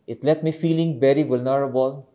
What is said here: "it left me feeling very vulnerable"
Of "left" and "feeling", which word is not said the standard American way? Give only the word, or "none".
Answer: left